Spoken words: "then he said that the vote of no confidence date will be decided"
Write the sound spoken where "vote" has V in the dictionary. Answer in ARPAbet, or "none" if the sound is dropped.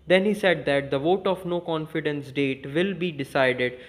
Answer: V